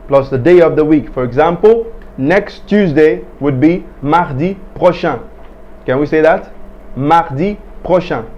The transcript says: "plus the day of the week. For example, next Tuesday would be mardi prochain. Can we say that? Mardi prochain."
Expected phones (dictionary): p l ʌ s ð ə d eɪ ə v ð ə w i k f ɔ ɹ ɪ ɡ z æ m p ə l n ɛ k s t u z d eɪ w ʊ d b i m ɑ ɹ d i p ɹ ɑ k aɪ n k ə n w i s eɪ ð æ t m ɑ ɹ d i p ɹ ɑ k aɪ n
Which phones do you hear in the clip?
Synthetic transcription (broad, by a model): p l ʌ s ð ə d eɪ ə v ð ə w i k f ɔ ɹ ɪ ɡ z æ m p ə l n ɛ k s t u z d eɪ w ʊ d b i m ɑ ɹ d i p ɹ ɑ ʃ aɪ k ə n w i s eɪ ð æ t m ɑ ɹ d i p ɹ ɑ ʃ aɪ